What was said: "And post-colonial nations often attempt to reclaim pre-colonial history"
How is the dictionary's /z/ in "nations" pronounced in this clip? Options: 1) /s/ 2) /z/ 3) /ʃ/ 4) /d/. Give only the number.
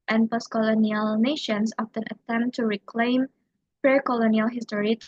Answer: 1